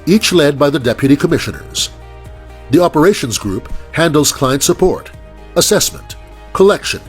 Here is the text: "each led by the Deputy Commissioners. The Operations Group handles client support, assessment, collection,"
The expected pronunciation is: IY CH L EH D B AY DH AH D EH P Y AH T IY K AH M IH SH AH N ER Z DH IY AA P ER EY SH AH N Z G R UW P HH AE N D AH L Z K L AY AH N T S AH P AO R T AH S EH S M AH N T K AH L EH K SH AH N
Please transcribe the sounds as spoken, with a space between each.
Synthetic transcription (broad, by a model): IY CH L EH D B AY DH AH D EH P Y AH T IY K AH M IH SH AH N ER Z DH IY AA P ER EY SH AH N Z G R UW P HH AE N D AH L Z K L AY AH N T S AH P AO R T AH S EH S M AH N T K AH L EH K SH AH N